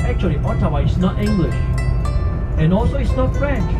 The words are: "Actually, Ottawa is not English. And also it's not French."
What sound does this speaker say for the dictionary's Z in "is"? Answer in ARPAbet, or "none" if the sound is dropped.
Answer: S